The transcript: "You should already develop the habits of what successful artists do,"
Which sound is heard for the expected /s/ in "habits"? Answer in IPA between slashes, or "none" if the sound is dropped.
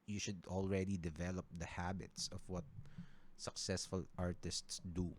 /s/